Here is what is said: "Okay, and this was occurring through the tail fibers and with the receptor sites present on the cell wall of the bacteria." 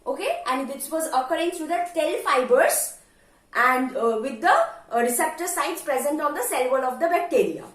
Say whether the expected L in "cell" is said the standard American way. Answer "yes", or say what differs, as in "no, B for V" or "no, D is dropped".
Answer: yes